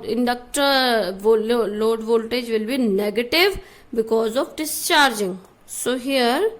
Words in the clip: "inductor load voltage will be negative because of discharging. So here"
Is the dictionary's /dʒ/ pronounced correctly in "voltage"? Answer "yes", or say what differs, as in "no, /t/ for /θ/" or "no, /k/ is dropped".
yes